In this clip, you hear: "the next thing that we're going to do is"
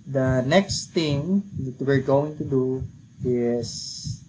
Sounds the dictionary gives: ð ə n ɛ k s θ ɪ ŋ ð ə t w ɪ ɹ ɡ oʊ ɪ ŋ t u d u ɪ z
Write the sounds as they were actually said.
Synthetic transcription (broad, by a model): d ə n ɛ k s t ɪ ŋ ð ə t w ɪ ɹ ɡ oʊ ɪ ŋ t u d u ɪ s